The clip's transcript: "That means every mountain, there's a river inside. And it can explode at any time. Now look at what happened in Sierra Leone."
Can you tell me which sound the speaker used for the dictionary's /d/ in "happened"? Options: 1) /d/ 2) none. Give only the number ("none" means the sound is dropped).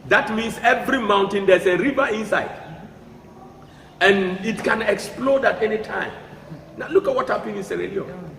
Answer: 2